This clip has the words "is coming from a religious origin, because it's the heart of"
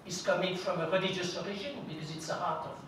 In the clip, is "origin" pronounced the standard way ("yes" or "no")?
no